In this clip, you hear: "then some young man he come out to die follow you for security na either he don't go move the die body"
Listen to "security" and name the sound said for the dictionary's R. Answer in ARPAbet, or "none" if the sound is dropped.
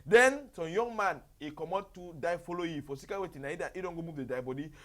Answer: W